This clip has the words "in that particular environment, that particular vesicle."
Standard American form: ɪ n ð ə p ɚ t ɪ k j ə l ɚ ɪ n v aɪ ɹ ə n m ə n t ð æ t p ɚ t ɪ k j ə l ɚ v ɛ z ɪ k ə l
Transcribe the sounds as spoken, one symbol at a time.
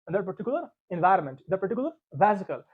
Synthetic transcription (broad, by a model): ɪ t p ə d t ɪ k j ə l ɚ ɪ n v aɪ ɹ ə n m ə n t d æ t p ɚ t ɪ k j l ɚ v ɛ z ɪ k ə l